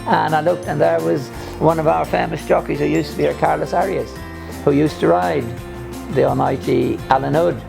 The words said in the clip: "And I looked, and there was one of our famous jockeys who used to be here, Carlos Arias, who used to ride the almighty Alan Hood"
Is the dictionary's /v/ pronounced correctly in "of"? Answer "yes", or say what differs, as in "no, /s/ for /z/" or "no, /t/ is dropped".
yes